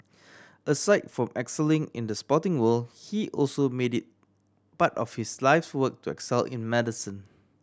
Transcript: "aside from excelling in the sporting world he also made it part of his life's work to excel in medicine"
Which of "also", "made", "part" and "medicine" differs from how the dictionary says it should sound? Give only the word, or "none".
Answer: part